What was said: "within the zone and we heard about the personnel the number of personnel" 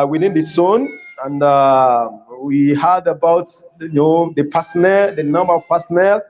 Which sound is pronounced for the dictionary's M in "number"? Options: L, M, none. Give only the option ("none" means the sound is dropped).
M